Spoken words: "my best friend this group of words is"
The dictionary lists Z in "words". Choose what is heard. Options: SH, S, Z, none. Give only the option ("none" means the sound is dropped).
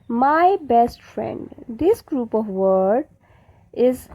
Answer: none